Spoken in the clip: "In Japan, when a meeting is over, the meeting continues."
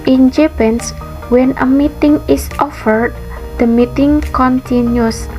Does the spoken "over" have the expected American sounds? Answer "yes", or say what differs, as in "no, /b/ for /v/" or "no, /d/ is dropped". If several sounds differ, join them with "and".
no, /f/ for /v/